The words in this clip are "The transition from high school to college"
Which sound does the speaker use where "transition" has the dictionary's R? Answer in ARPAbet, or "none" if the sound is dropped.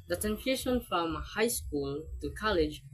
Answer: none